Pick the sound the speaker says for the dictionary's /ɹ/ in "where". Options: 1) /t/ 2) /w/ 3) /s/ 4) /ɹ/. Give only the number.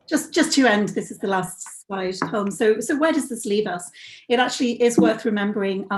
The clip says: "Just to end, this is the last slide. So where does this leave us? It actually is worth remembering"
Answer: 2